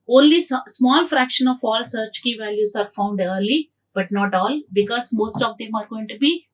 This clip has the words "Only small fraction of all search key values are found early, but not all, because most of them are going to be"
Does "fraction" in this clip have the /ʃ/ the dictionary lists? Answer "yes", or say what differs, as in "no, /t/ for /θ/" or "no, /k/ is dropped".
yes